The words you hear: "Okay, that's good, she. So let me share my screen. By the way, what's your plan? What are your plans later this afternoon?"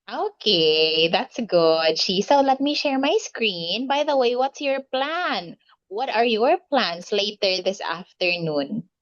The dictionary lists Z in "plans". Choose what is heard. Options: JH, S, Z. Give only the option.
S